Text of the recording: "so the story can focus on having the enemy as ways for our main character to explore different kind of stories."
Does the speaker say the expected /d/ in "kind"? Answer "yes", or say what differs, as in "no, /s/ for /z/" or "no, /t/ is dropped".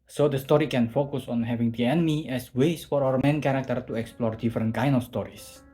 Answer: no, /d/ is dropped